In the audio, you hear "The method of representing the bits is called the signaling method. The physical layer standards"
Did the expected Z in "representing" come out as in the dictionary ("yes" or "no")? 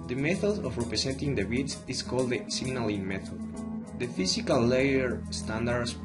no